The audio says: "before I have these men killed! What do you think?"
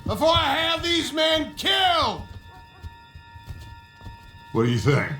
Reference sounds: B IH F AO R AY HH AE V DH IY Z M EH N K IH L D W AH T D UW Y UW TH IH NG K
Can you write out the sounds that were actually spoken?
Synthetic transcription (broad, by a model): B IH F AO R AY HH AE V DH IY Z M EH N K IH L D W AH T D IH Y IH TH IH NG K